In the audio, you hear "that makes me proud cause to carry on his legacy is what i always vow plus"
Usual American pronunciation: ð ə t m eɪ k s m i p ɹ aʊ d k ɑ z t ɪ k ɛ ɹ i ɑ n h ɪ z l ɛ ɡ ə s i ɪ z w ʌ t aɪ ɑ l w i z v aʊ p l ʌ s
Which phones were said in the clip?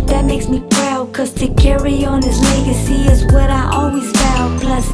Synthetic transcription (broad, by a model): ð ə t m eɪ k s m i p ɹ aʊ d k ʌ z t ɪ k ɛ ɹ i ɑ n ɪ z l ɛ ɡ ə s i ɪ z w ʌ t aɪ ɑ l w i z b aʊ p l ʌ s